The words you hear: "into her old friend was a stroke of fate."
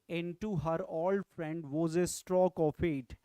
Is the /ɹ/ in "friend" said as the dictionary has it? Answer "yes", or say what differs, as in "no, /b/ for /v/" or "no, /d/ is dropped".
yes